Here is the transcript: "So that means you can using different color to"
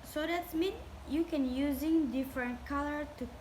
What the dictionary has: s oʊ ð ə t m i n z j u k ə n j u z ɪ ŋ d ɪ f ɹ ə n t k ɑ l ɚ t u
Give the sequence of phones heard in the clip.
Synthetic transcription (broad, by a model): s oʊ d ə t m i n j u k ə n j u z ɪ ŋ d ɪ f ɹ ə n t k ɑ l ɚ t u